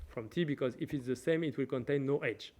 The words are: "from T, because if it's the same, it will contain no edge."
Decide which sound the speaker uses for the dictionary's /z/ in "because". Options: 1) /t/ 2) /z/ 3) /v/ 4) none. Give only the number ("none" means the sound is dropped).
2